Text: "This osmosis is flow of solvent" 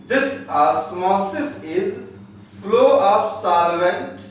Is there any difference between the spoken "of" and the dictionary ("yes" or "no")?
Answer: yes